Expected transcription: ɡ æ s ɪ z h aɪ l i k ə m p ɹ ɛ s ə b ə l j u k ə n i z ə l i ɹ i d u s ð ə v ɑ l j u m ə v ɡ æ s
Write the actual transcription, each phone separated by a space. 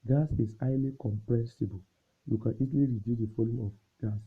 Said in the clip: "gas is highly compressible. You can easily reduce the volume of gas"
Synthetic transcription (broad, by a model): ɡ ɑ s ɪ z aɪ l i k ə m p ɹ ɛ s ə b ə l j u k ə n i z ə l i ɹ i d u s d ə f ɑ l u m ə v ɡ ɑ s